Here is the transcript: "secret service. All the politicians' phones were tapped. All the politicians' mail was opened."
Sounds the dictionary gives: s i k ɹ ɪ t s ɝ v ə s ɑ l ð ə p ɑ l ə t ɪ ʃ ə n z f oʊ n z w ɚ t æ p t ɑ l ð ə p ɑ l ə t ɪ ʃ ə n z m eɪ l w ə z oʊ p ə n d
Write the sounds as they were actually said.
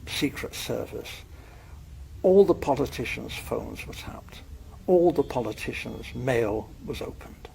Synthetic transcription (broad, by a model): s i k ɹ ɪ t s ɝ v ə s ɑ l ð ə p ɑ l ə t ɪ ʃ ə n z f oʊ n z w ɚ t æ p t ɑ l ð ə p ɑ l ə t ɪ ʃ ə n z m eɪ l w ə z oʊ p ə n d